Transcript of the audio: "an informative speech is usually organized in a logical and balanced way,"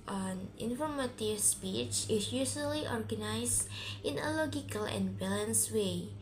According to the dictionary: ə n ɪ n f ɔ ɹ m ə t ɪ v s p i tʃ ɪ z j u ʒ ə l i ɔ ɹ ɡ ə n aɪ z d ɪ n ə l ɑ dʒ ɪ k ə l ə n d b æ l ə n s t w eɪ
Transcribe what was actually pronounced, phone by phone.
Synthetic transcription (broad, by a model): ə n ɪ n f ɔ ɹ m ə t ɪ v s p i tʃ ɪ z j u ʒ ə l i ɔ ɹ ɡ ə n aɪ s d ɪ n ə l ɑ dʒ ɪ k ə l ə n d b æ l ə n s w eɪ